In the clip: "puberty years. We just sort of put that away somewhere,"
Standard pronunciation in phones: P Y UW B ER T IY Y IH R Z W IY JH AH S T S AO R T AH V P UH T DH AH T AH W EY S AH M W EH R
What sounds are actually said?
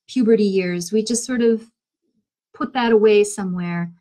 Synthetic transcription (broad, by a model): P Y UW B ER T IY Y IH R Z W IY JH AH S T S AO R T AH V P UH T DH AH T AH W EY S AH M W EH R